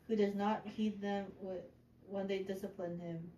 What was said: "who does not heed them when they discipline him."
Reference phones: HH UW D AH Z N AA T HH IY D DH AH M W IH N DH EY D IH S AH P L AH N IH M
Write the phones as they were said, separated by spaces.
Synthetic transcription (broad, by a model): HH UW D AH Z N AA T HH IY D DH AH M W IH N DH EY D IH S AH P L AH N IH M